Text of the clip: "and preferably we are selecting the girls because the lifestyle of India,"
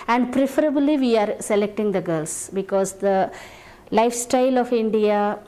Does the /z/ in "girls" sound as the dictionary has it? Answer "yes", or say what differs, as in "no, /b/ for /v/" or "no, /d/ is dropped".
no, /s/ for /z/